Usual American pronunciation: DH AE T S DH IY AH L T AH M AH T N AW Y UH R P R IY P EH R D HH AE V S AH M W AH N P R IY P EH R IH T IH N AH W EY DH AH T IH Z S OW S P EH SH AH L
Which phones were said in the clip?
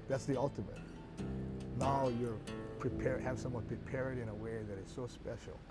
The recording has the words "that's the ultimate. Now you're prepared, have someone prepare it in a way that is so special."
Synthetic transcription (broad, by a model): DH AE T S DH IY AH L T AH M AH T N AW Y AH R P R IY P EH R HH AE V S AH M W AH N P R IY P EH R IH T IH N AH W EY DH AH T IH Z S OW S P EH SH L